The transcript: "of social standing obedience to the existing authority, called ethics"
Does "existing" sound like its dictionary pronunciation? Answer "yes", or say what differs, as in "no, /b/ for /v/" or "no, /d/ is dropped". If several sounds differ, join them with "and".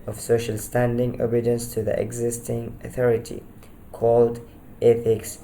yes